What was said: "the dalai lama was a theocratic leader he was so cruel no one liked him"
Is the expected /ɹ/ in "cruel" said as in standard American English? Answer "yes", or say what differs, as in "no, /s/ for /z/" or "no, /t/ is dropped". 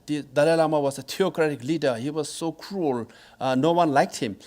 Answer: yes